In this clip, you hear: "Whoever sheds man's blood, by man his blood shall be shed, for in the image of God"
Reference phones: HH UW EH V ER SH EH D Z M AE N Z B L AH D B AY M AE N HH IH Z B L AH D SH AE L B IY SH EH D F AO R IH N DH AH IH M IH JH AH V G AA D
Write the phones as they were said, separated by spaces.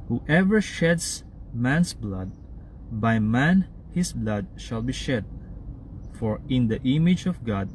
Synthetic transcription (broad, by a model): HH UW EH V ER SH EH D S M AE N S B L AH D B AY M AE N HH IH S B L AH D SH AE L B IY SH EH D F AO R IH N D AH IH M IH JH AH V G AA D